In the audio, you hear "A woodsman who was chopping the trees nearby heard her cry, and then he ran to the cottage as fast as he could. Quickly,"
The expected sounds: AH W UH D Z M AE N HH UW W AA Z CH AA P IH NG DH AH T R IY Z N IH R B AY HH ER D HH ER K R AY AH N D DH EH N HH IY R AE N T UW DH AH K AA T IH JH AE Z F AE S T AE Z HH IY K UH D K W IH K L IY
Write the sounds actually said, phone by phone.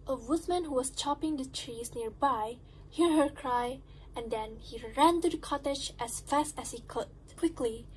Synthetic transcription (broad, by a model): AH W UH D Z M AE N HH UW W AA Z CH AA P IH NG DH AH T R IY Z N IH R B AY HH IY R HH ER K R AY AH N D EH N HH IY R AE N T UW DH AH K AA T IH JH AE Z F AE S T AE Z HH IY K UH D K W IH K L IY